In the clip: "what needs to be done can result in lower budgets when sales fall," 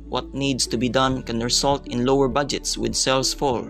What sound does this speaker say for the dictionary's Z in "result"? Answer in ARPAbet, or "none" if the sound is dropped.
S